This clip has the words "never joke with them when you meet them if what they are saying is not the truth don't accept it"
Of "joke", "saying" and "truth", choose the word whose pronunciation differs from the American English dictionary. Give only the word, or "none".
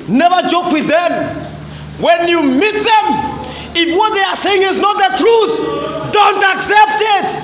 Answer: none